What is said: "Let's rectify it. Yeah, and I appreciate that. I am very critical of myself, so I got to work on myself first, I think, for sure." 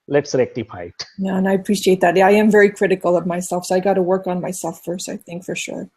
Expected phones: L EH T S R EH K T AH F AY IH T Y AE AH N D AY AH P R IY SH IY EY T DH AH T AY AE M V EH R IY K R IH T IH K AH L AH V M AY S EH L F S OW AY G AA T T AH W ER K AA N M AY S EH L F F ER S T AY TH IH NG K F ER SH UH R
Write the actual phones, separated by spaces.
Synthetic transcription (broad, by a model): L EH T S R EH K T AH P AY IH T Y AE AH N AY AH P R IY SH IY EY T DH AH T AY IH M V EH R IY K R IH T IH K L AH V M AY S EH L F S OW AY G AA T T AH W ER K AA N M AY S EH L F F ER S T AY TH IH NG K F ER SH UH R